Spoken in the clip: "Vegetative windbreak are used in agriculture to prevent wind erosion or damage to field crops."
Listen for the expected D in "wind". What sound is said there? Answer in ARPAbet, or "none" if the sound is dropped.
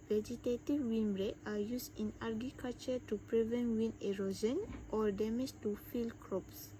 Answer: none